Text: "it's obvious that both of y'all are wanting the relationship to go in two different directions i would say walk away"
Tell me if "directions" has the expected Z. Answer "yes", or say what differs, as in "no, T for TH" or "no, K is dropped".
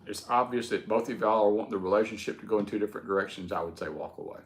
yes